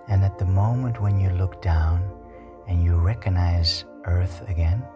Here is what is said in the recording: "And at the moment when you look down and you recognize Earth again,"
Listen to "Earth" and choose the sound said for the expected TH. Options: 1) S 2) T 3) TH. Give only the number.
3